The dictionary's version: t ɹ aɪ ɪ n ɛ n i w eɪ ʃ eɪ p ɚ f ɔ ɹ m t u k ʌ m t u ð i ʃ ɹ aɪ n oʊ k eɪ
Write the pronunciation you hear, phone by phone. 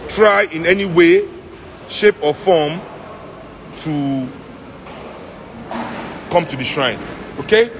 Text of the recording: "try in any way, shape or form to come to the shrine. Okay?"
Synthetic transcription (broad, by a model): t ɹ aɪ ɪ n ɛ n i w eɪ ʃ eɪ p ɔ f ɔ m t u k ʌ m t u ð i ʃ ɹ aɪ n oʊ k eɪ